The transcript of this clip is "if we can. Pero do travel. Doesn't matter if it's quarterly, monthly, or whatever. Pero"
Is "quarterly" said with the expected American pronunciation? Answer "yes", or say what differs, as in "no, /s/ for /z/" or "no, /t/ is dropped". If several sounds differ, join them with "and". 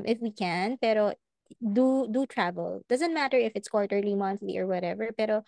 yes